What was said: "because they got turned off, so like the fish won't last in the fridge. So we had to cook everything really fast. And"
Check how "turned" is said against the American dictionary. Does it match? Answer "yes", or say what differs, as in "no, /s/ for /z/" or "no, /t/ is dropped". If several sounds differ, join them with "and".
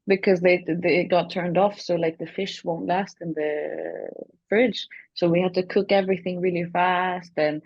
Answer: yes